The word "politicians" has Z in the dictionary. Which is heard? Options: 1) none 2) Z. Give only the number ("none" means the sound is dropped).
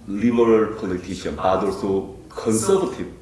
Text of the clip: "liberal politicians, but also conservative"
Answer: 1